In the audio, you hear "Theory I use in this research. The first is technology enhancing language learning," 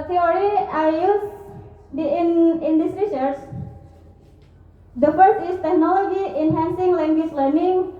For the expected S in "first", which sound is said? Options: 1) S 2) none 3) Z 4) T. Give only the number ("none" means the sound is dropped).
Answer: 2